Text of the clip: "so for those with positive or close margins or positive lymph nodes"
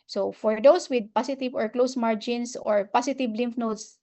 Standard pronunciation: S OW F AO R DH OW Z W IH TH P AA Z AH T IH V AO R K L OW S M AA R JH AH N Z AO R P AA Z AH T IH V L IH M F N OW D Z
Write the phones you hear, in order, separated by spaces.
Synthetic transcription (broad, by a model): S OW F AO R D OW S W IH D P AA S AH T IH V AO R K L OW S M AA R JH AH N S AO R P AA S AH T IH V L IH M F N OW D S